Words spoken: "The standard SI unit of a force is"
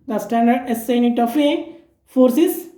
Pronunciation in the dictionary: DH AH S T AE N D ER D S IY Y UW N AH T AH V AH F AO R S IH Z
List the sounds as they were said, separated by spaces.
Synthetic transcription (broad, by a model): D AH S T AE N D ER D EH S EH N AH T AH F AH F AO R S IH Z